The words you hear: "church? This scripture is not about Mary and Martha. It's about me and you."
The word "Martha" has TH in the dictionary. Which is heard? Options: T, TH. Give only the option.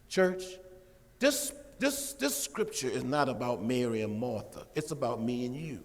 TH